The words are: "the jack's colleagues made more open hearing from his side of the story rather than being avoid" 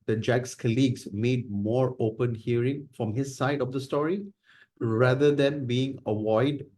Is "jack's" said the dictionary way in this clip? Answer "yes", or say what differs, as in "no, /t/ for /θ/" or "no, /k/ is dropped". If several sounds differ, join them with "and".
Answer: yes